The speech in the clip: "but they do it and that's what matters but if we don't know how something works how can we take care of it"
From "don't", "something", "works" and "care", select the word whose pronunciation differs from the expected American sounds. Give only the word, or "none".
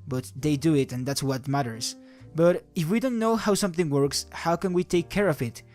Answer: none